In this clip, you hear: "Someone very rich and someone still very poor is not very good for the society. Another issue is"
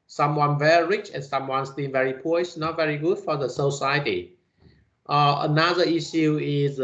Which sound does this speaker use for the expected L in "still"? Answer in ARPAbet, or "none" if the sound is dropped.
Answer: N